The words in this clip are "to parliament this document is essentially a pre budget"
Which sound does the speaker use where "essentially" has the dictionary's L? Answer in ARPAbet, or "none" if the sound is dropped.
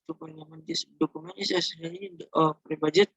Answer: none